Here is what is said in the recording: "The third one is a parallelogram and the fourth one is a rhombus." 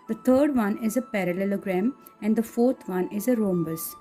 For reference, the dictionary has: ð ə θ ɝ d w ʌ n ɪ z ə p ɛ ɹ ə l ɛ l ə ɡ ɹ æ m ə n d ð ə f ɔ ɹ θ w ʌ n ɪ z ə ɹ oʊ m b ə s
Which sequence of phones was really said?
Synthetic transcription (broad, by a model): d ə t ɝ d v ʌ n ɪ z ə p ɛ ɹ ə l ɛ l ə ɡ ɹ æ m ə n d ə f ɔ ɹ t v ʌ n ɪ z ə ɹ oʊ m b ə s